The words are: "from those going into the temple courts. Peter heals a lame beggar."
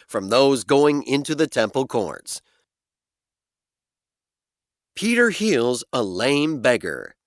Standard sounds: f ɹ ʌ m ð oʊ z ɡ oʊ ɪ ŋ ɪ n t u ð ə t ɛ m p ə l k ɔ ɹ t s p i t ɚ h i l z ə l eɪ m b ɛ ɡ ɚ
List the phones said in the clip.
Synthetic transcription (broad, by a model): f ɹ ʌ m ð oʊ z ɡ oʊ ɪ ŋ ɪ n t u ð ə t ɛ m p l k ɔ ɹ t s p i t ɚ h i l z ə l eɪ m b ɛ ɡ ɚ